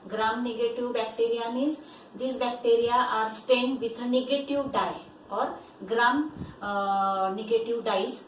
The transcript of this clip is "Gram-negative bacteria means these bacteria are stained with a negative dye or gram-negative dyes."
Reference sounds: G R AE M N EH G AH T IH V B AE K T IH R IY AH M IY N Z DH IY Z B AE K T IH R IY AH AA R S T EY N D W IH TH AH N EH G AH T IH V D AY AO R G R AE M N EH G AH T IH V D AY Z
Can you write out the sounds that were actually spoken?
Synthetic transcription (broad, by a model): G R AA M N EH G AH T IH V B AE K T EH R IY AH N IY Z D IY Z B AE K T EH R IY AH AA R S T EY N D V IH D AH N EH G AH T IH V D AY AO R G R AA M N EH G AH T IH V D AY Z